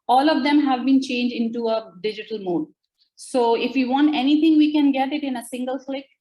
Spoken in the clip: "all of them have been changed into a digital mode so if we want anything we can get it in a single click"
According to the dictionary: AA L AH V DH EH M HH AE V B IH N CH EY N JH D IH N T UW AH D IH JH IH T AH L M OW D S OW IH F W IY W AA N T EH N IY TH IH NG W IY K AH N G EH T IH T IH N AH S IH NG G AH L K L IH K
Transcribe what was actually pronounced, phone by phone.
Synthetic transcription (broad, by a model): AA L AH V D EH M HH AE V B IH N CH EY N JH D IH N T UW AH D IH JH IH T AH L M OW D S OW IH F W IY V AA N T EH N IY T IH NG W IY K AH N G EH T IH T IH N AH S IH NG G AH L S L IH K